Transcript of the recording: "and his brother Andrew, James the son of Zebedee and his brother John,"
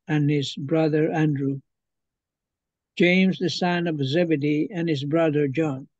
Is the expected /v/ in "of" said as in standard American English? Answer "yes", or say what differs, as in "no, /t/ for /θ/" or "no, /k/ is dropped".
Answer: yes